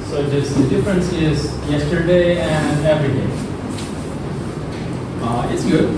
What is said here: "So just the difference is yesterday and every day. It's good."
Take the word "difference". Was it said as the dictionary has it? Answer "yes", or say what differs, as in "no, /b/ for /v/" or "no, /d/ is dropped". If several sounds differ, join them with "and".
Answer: yes